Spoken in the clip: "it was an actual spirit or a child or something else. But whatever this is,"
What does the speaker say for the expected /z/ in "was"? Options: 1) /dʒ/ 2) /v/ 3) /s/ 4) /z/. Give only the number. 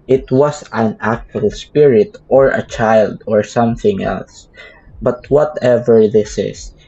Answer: 3